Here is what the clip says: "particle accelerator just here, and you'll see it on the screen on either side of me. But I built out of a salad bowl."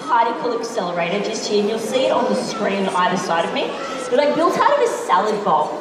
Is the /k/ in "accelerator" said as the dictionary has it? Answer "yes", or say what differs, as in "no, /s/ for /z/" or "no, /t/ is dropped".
yes